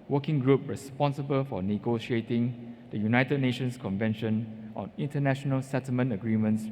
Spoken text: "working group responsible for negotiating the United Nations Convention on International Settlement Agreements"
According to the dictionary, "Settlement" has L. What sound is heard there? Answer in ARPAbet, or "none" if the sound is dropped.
L